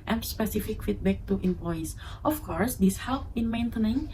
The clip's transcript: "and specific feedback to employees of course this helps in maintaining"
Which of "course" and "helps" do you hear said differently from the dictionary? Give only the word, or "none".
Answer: helps